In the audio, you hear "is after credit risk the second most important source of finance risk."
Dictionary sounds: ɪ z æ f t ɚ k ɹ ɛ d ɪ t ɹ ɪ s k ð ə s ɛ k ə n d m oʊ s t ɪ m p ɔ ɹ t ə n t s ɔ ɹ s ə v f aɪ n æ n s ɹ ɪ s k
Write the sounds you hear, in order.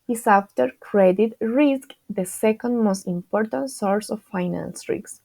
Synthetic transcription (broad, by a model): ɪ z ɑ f t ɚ k ɹ ɛ d ɪ t ɹ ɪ s k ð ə s ɛ k ə n d m oʊ s t ɪ m p ɔ ɹ t ə n t s ɔ ɹ s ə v f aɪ n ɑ n s ɹ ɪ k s